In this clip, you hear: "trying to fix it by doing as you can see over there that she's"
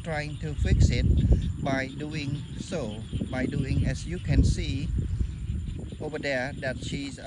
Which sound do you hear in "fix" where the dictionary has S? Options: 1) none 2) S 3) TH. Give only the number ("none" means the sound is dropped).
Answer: 2